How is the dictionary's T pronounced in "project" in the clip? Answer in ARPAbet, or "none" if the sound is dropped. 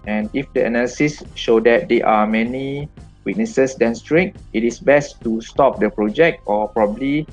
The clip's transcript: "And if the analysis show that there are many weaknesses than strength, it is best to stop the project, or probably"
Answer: T